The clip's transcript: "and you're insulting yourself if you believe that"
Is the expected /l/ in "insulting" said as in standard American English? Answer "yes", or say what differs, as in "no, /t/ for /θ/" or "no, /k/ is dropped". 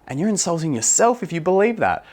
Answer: yes